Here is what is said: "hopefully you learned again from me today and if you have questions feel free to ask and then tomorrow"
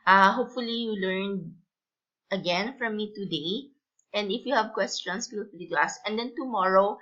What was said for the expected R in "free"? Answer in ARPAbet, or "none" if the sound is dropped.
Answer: L